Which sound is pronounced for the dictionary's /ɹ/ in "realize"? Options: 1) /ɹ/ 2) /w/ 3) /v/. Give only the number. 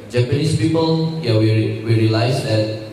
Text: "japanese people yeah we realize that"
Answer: 2